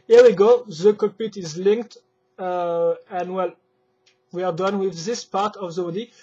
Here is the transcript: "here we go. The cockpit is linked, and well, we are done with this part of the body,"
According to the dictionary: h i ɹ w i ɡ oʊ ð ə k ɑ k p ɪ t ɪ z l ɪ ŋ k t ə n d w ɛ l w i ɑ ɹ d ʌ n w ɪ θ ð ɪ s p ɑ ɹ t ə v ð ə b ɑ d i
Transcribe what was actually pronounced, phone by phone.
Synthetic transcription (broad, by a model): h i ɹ w i ɡ oʊ ð ə k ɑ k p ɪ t ɪ z l ɪ ŋ k t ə n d w ɛ l w i ɑ ɹ d ʌ n w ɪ ð ɪ s p ɑ ɹ t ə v ð ə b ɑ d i